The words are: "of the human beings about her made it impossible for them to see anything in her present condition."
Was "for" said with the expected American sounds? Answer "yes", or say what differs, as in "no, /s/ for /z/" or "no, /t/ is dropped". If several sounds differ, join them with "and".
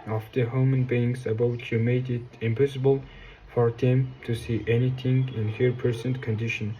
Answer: yes